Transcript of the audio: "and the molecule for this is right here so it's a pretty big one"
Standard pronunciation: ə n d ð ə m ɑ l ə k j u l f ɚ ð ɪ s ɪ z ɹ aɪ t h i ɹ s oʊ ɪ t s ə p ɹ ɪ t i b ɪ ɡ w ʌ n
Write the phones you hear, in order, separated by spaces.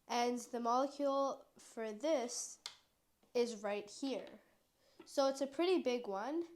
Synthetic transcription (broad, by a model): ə n ð ə m ɑ l ə k j u l f ɚ ð ɪ s ɪ z ɹ aɪ t h i ɹ s oʊ ɪ t s ə p ɹ ɪ t i b ɪ ɡ w ʌ n